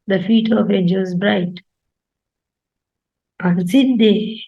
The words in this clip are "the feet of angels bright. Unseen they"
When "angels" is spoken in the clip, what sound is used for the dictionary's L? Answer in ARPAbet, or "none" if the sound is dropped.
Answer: none